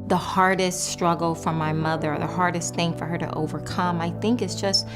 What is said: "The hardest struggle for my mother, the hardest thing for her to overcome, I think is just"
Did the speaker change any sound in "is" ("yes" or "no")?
yes